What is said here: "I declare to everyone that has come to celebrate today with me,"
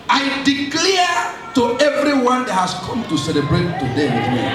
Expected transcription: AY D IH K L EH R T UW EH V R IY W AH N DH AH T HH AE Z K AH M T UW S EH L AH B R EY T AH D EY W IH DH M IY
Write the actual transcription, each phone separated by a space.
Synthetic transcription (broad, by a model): AY D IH K L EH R T UW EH V R IY W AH N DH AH T HH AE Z K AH M T UW S EH L AH B R EY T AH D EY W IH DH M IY